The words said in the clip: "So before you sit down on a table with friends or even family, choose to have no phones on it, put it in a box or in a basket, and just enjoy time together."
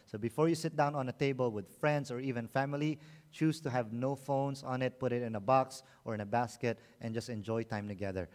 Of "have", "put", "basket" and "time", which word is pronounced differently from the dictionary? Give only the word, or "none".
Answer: none